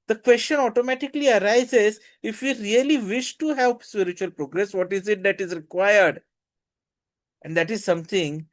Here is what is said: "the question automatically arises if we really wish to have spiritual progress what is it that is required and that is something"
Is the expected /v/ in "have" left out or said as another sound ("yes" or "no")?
yes